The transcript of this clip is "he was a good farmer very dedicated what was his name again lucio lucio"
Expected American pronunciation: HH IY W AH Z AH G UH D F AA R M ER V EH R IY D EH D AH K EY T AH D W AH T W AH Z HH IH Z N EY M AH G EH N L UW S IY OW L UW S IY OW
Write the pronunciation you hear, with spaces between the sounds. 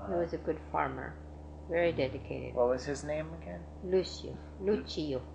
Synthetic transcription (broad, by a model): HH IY W AH Z AH G UH D F AA R M ER V EH R IY D EH D AH K EY T AH D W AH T W AH Z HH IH Z N EY M AH G EH N L UW S IY OW L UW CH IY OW